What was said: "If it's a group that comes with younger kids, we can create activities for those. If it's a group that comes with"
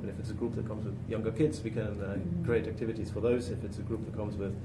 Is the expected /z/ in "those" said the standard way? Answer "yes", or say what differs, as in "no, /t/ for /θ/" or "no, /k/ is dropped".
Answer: yes